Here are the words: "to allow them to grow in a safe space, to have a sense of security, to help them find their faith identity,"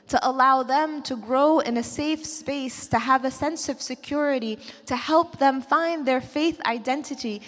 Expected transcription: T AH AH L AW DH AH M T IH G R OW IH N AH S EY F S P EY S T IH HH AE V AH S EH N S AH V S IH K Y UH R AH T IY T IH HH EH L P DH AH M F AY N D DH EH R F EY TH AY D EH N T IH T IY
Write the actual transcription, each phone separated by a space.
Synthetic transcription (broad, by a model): T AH AH L AW DH AH M T IH G R OW IH N AH S EY F S P EY S T IH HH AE V AH S EH N S AH V S IH K Y UH R AH T IY T IH HH EH L P DH AH M F AY N DH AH R F EY TH AY D EH N T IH T IY